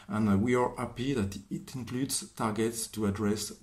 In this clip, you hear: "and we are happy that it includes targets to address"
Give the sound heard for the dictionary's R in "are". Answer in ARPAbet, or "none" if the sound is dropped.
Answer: R